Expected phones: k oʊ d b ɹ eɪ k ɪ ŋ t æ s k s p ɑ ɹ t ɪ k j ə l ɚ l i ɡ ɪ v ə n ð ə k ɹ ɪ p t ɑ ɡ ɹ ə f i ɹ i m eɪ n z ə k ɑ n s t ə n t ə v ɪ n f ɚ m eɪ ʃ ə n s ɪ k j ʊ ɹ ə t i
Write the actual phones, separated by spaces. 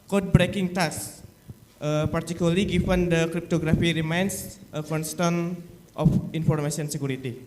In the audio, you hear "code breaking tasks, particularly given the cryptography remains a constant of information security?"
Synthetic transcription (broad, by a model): k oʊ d b ɹ eɪ k ɪ ŋ t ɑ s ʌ p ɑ ɹ t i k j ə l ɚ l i ɡ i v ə n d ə k ɹ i p t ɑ ɡ ɹ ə f i ɹ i m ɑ n s ə k ɑ n s t ə n t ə f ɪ n f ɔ m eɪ s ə n s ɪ k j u ɹ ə t i